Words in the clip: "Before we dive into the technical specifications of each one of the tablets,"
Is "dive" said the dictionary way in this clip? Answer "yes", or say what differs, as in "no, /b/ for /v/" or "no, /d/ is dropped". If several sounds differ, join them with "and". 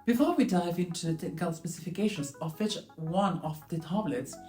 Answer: yes